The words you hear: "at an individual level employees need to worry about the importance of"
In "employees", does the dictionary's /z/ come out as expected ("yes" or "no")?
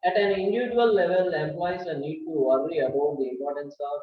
no